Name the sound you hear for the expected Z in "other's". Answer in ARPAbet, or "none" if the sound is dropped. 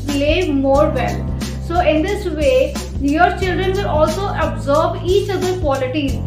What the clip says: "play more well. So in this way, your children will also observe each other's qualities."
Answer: none